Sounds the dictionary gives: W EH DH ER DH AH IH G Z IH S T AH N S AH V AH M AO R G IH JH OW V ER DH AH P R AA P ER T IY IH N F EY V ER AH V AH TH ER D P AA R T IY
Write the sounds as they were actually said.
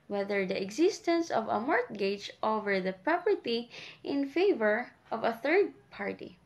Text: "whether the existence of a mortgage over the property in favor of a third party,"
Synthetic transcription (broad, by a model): W EH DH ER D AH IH G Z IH S T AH N S AH V AH M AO R G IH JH OW V ER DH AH P R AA P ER T IY IH N F EY V ER AH V AH TH ER D P AA R T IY